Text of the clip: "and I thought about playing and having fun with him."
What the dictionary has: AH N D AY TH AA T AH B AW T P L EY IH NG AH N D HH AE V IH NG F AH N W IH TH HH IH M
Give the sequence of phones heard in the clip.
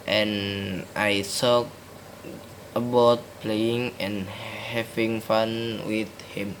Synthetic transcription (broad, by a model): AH N AY S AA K AH B AW T P L EY IH NG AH N HH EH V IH NG F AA N W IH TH HH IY M